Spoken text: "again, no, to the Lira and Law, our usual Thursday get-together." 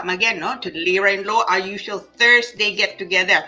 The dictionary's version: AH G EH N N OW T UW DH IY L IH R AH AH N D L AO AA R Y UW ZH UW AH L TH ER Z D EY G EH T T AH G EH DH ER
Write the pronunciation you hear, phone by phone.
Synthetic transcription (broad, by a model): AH G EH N N OW T UW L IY R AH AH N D L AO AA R Y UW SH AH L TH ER S D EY G EH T T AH G EH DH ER